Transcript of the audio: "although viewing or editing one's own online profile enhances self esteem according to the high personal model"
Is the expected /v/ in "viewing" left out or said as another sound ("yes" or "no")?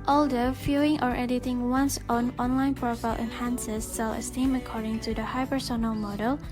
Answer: yes